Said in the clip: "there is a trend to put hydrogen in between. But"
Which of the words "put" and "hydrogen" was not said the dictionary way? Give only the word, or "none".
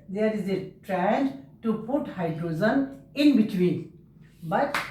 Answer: hydrogen